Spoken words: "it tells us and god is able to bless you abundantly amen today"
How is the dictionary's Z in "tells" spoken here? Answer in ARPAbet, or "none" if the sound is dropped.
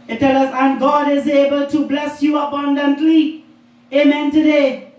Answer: none